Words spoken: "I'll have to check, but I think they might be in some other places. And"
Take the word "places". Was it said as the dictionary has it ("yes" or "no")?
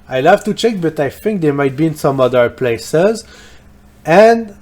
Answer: yes